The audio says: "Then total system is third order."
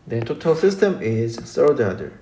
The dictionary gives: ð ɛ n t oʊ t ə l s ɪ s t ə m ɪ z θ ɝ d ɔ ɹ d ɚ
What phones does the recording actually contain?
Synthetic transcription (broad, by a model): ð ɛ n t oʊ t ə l s ɪ s t ə m ɪ z s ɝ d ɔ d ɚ